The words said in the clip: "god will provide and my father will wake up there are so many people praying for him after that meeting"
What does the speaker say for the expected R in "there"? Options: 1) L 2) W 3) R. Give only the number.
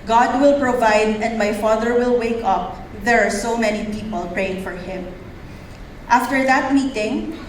3